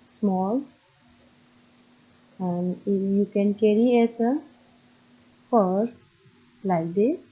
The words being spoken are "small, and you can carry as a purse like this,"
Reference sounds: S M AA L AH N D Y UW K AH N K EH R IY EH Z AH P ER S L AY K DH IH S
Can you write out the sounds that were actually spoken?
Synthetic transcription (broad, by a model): S M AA L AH N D Y UW K AH N K EH R IY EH S AH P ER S L AY K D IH